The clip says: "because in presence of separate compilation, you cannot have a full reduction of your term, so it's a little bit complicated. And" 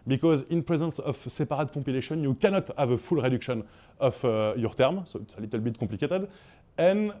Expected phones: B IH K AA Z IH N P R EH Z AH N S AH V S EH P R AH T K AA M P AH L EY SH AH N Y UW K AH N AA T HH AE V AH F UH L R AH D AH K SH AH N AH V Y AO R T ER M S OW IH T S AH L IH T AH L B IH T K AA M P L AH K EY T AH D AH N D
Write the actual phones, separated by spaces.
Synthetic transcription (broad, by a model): B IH K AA Z IH N P R EH Z AH N S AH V S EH P R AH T K AA P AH L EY SH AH N Y UW K AH N AA T HH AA V AH F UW L R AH D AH K SH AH N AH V Y AO R T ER M S OW IH T S AH L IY T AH L B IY T K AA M P L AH K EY T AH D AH N